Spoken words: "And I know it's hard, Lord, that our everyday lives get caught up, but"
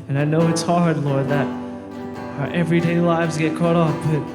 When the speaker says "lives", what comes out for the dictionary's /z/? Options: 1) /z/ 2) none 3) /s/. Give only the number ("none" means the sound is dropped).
1